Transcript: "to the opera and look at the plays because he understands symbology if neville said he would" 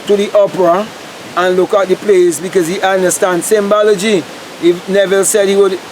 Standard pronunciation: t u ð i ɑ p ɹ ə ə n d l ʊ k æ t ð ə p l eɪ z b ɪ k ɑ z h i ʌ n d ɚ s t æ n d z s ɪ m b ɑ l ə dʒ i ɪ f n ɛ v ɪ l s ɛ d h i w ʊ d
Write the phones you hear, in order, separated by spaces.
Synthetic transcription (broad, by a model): t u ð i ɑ p ɹ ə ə n l ʊ k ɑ t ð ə p l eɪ s b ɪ k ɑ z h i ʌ n d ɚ s t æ n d s ɪ m b ɑ l ə dʒ i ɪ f n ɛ v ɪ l s ɛ d h i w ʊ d